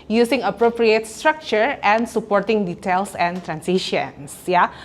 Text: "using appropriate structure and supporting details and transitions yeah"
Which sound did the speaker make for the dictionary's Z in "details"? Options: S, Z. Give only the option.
S